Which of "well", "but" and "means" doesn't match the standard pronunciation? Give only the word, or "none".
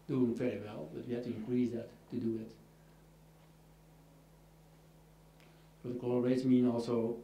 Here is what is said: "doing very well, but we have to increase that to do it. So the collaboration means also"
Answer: means